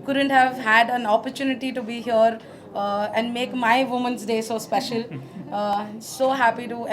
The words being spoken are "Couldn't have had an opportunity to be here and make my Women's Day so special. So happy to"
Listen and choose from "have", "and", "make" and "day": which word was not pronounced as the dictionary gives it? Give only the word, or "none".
none